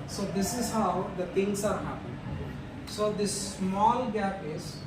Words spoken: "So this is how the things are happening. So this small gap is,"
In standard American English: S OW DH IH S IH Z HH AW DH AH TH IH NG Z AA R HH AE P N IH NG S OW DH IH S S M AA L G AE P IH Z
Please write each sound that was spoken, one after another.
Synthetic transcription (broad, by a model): S OW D IH S IH Z HH AW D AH T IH NG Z AA R HH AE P IH S OW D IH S S M AA L G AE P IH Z